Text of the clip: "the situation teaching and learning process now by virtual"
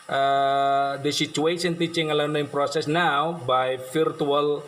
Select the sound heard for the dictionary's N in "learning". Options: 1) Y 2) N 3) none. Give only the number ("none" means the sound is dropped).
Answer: 3